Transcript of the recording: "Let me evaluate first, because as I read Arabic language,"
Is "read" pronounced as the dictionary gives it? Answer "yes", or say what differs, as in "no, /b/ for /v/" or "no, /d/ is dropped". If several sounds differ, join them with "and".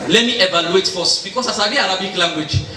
no, /d/ is dropped